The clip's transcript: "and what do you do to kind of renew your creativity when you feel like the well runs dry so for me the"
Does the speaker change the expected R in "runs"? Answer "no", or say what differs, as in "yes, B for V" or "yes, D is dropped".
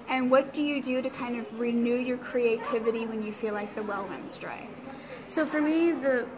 yes, W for R